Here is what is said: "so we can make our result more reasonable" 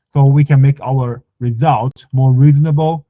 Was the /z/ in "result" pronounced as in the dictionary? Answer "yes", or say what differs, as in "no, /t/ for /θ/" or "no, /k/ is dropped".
yes